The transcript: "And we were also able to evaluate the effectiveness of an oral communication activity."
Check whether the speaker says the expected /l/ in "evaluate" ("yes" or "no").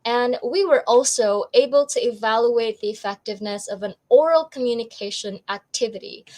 yes